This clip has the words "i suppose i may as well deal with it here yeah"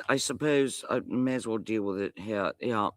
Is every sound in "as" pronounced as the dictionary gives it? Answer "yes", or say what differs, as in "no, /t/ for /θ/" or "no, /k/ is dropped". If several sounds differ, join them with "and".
yes